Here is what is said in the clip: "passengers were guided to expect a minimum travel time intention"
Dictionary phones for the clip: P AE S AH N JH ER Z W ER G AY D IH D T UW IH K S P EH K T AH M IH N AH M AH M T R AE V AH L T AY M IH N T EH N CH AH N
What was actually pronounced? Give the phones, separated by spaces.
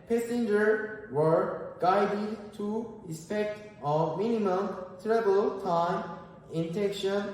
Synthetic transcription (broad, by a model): P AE S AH N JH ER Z W ER G AY D IH D T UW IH S P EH K T AH M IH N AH M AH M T R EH B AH L T AY M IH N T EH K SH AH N